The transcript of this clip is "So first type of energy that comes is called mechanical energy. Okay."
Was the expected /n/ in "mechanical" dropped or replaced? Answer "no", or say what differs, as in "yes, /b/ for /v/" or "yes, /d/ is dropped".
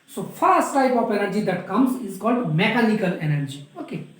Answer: yes, /l/ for /n/